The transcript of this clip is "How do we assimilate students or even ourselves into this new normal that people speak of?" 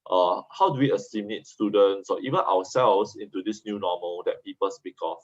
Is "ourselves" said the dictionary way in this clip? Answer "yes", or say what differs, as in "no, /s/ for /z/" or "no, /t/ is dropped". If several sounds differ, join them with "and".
no, /w/ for /ɹ/